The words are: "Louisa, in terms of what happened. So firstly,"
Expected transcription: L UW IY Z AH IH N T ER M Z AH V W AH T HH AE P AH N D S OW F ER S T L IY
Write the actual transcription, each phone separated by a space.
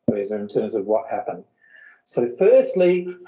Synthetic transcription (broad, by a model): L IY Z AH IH N T ER M Z AH V W AH T HH AE P AH N D S OW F ER S T L IY